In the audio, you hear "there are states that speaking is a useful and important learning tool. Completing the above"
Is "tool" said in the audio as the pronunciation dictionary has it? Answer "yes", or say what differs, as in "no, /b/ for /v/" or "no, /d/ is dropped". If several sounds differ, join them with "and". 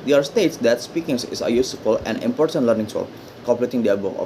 no, /s/ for /t/